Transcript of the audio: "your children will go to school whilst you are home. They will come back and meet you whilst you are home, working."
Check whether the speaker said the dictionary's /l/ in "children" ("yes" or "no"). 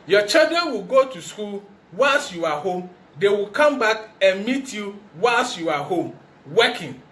no